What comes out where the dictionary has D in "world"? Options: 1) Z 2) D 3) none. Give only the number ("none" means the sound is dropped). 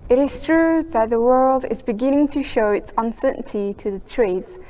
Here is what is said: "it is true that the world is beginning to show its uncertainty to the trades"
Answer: 2